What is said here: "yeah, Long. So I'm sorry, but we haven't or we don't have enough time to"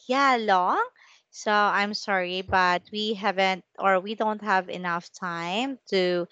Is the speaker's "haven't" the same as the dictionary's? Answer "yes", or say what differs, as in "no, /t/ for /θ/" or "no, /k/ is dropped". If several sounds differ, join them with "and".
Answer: yes